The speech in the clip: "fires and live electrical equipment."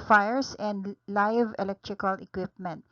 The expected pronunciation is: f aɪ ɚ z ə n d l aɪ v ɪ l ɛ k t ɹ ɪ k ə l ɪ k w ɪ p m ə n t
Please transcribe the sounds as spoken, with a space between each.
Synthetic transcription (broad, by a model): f aɪ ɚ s ə n d l aɪ v ɪ l ɛ k t ɹ ɪ k ə l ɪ k w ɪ p m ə n t